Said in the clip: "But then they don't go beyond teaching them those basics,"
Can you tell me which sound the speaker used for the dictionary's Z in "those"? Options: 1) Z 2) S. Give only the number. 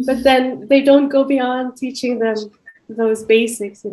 1